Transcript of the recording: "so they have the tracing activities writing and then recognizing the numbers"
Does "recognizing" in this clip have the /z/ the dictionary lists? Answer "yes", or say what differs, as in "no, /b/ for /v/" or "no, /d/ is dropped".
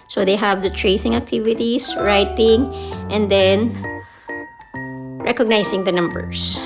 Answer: no, /s/ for /z/